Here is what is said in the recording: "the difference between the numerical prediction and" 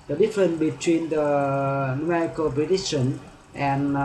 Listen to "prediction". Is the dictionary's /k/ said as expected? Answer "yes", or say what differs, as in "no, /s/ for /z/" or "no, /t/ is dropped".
no, /k/ is dropped